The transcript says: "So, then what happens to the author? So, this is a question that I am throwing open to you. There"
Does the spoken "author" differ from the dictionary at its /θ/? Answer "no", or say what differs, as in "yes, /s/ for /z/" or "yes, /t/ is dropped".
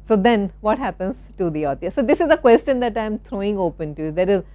yes, /t/ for /θ/